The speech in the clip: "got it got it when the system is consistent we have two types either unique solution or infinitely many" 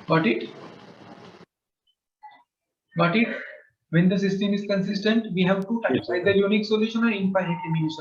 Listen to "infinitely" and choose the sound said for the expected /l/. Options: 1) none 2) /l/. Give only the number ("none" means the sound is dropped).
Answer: 1